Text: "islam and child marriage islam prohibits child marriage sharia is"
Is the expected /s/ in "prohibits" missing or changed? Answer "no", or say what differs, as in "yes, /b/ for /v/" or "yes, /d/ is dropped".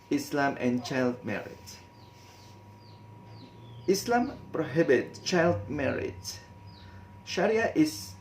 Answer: yes, /s/ is dropped